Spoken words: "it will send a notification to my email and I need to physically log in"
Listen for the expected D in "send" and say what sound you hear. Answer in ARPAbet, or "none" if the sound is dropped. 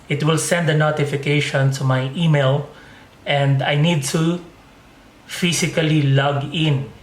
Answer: D